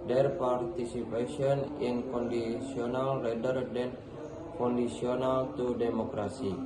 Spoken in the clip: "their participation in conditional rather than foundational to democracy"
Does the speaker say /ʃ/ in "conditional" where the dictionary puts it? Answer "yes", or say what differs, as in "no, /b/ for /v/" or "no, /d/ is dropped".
no, /s/ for /ʃ/